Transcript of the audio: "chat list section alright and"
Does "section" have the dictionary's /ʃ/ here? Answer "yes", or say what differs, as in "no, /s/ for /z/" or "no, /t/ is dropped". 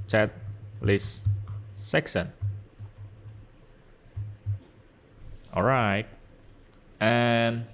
no, /s/ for /ʃ/